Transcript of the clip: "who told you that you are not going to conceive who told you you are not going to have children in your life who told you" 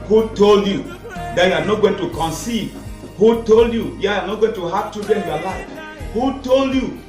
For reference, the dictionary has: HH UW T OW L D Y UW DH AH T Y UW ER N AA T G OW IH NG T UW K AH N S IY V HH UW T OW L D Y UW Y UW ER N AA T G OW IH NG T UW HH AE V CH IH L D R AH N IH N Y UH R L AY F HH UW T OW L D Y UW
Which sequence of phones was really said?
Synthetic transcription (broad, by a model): HH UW T OW L D Y UW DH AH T Y UW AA N AA T G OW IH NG T UW K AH N S IY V HH UW T OW L D Y UW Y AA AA N AA T G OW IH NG T UW HH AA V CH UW D AH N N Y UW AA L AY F HH UW T OW L D Y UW